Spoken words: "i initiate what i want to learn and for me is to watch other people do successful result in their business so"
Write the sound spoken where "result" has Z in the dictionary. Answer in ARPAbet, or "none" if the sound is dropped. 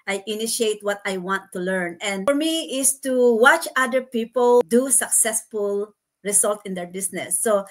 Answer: S